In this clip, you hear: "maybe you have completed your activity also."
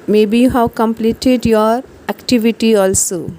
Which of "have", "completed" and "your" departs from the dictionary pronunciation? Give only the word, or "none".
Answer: have